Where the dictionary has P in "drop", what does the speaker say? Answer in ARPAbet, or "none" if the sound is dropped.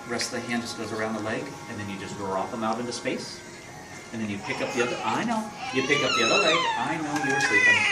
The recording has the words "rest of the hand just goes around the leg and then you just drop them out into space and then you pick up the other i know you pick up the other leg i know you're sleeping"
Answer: F